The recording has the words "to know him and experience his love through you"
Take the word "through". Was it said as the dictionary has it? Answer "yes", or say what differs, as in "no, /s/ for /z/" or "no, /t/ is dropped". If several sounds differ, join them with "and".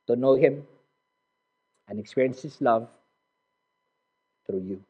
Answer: no, /t/ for /θ/